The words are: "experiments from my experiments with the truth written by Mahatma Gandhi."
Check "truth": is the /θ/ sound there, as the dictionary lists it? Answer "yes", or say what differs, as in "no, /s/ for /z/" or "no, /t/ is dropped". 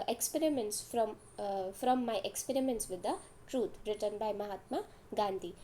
no, /t/ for /θ/